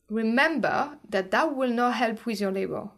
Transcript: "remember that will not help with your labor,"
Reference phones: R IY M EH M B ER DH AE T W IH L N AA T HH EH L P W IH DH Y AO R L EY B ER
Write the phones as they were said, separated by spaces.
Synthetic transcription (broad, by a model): R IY M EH M B ER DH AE T W IH L N AA T HH EH L P W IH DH Y AO R L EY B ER